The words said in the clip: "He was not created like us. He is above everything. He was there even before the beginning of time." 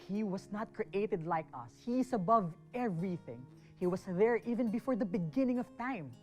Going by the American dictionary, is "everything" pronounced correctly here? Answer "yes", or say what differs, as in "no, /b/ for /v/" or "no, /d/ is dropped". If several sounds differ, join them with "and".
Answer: yes